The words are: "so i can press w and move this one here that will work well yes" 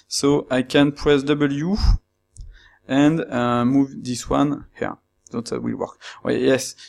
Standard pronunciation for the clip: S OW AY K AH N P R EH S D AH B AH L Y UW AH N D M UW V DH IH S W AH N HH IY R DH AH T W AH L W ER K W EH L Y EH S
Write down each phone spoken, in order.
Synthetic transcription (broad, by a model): S OW AY K AH N P R EH S D AH B AH L Y UW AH N D M UW V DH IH S W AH N HH IY R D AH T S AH W W ER K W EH Y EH S